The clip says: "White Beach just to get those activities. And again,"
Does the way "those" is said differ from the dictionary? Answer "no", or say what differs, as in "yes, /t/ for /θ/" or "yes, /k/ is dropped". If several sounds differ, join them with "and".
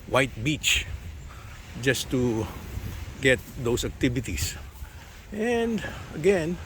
yes, /s/ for /z/